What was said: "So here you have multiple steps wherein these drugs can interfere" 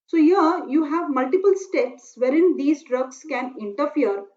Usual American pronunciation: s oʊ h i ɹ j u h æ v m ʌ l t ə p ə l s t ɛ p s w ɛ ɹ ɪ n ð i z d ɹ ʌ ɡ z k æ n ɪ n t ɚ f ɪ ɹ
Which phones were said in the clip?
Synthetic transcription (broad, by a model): s oʊ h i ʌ j u h æ v m ʌ l t ə p ə l s t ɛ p s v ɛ ɹ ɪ n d i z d ɹ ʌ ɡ s k æ n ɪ n t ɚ f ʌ ɹ